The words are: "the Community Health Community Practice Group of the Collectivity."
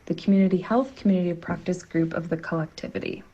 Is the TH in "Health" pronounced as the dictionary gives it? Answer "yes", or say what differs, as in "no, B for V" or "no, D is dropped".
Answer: yes